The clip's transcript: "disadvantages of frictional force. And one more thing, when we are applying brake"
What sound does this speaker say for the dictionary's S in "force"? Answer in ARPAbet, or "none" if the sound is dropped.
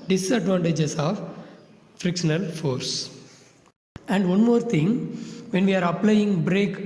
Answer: S